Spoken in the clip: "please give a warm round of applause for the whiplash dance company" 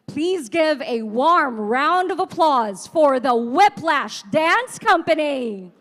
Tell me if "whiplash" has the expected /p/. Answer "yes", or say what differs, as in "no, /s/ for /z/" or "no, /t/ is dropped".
yes